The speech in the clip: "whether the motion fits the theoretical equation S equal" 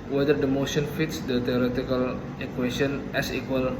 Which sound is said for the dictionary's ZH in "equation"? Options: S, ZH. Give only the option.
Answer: S